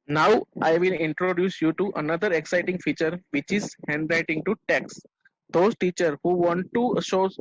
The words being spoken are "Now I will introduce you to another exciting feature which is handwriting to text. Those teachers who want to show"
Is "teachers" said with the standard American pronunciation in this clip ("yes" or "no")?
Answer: no